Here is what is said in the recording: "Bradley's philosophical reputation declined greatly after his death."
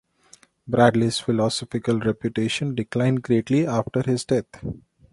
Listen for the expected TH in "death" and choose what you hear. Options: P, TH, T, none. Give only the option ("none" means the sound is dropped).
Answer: T